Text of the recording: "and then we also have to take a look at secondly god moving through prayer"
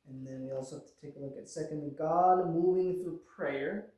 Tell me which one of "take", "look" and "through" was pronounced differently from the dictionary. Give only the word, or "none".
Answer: none